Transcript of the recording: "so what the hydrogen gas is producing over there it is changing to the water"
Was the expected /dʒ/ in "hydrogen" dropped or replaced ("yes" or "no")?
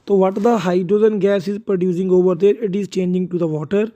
yes